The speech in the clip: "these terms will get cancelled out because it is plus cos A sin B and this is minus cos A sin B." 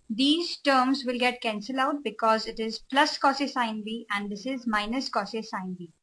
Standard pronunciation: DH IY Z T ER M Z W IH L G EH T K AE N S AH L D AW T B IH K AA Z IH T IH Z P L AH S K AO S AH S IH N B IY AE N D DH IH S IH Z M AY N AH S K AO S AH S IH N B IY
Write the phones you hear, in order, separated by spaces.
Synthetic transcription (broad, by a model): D IY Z T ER M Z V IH L G EH T K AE N S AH L AW T B IH K AA Z IH T IH Z P L AH S K AO S AH S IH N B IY AE N D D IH S IH Z M AY N AH S K AO S AH S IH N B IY